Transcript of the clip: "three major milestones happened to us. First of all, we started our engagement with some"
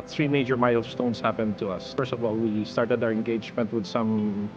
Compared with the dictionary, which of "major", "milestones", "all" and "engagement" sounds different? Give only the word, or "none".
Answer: milestones